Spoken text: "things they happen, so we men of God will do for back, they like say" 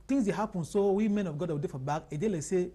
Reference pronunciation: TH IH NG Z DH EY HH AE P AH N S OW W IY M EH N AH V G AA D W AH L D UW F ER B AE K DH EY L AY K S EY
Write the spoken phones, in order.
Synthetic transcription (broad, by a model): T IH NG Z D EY HH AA P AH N S OW W IY M EH N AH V G AA D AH W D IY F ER B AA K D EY L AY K S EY